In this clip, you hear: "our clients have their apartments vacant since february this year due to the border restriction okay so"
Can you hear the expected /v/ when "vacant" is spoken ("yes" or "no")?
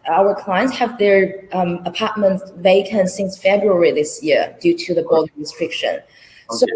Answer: yes